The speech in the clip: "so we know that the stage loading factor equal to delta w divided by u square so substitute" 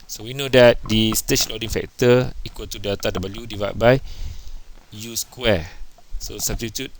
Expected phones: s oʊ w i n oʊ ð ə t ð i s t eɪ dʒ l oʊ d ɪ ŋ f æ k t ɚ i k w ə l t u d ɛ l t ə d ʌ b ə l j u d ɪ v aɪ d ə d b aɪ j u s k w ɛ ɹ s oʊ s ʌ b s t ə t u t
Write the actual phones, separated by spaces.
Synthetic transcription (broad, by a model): s oʊ w i n oʊ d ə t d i s t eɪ tʃ l oʊ d ɪ ŋ f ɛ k t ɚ i k w ə l t u d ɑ t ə d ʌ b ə l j u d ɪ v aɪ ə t b aɪ j u s k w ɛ s oʊ s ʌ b s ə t u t